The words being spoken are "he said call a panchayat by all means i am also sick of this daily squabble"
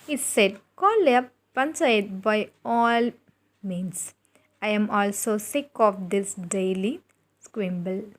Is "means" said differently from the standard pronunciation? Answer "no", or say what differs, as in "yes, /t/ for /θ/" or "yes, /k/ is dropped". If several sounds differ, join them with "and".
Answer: yes, /s/ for /z/